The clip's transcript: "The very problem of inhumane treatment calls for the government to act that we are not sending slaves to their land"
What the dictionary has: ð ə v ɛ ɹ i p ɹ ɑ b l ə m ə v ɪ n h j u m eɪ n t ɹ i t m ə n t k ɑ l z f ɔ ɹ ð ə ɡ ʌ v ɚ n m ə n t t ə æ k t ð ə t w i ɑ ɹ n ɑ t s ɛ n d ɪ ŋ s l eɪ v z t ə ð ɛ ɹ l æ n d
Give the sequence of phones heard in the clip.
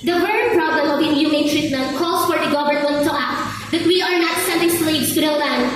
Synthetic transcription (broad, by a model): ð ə w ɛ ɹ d p ɹ ɑ b l ə m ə w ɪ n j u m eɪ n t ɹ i t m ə n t k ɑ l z f ɔ ɹ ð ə ɡ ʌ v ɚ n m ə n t t ə æ k t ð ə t w i ɑ ɹ n ɑ t s ɛ n d ɪ ŋ s l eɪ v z t ə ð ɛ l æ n